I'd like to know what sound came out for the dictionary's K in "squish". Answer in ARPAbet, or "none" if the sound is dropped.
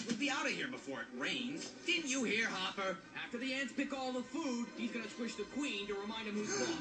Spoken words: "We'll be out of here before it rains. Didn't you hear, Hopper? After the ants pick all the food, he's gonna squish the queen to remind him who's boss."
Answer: none